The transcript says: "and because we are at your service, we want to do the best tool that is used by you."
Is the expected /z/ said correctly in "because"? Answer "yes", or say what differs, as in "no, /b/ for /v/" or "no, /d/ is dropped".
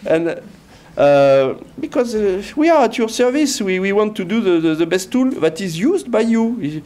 yes